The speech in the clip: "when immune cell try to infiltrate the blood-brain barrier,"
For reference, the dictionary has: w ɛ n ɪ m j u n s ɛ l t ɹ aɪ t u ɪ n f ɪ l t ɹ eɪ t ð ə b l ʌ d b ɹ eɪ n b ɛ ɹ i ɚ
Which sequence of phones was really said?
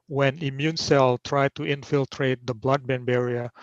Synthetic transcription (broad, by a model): w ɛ n ɪ m j u n s ɛ l t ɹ aɪ t u ɪ n f ɪ l t ɹ eɪ t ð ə b l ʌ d b eɪ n b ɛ ɹ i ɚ